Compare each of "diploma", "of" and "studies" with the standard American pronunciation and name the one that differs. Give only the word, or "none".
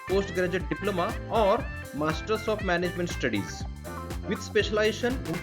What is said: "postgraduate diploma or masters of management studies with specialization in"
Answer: of